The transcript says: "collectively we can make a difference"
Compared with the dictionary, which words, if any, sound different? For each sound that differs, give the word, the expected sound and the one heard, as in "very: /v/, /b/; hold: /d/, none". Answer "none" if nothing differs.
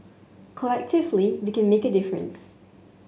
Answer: none